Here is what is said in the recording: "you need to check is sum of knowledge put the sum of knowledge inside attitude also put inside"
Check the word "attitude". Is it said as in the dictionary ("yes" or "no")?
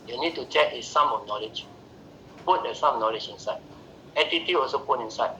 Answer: no